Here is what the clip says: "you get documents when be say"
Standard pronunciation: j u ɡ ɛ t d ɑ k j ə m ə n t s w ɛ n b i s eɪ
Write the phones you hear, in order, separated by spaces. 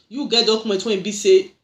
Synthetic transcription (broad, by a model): j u ɡ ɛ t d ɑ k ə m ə t w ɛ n b i s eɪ